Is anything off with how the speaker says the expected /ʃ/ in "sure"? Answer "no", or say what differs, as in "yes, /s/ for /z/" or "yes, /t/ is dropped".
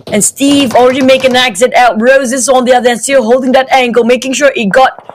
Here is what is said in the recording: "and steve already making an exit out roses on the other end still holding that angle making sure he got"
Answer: no